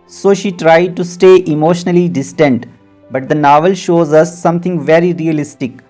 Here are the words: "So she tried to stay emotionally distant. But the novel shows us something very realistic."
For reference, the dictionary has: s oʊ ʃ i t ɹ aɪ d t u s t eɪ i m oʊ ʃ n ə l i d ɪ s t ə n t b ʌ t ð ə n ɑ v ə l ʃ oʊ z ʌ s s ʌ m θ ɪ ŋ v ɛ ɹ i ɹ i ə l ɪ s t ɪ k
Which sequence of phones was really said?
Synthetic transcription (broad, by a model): s oʊ ʃ i t ɹ aɪ d t u s t eɪ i m oʊ ʃ n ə l i d ɪ s t ə n t b ʌ t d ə n ɑ v ə l ʃ oʊ z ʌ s s ʌ m t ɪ ŋ v ɛ ɹ i ɹ i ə l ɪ s t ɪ k